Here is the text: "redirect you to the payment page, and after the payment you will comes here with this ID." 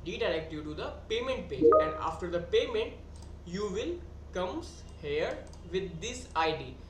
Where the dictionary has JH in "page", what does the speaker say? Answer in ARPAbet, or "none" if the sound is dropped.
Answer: none